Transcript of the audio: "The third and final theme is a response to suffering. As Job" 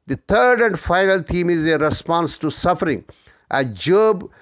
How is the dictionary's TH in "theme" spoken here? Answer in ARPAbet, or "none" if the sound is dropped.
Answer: T